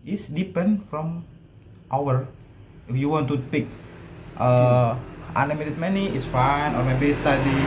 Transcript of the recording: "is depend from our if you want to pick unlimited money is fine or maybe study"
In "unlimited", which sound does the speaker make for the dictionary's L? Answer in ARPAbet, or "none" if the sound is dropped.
none